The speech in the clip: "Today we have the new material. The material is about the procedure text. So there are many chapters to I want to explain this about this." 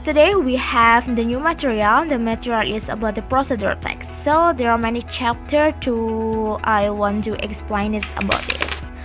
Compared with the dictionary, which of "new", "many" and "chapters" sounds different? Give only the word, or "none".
chapters